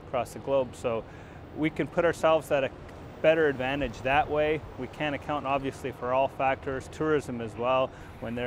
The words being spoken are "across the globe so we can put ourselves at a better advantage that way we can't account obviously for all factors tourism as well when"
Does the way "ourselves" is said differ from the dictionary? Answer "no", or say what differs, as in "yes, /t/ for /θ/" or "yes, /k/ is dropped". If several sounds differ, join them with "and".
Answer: no